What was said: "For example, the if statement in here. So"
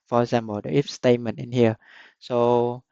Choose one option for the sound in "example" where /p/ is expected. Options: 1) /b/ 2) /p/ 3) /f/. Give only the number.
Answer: 1